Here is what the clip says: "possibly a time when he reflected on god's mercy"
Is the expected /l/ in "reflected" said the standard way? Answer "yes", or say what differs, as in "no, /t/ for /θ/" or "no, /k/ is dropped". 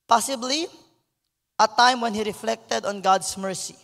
yes